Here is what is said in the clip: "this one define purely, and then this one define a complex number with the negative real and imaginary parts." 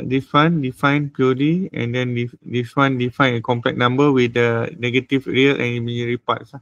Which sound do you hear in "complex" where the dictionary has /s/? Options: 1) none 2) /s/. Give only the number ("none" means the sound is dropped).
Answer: 1